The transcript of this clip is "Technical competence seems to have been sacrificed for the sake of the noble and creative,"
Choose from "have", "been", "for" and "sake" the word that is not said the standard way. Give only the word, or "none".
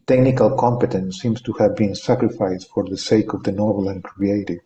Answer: none